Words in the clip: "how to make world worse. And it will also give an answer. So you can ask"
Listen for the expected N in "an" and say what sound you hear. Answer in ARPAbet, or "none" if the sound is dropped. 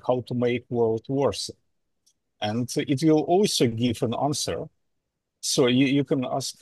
N